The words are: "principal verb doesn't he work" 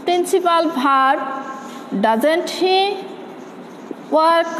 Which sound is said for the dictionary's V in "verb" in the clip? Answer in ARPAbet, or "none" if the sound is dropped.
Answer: B